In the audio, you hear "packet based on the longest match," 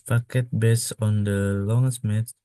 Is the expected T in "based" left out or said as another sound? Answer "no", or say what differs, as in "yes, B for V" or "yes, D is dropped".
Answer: yes, T is dropped